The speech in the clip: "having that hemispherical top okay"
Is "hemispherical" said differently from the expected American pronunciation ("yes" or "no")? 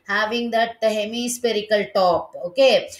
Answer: yes